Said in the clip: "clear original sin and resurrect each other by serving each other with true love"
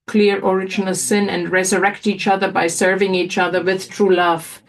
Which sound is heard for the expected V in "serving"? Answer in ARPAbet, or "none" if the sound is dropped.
V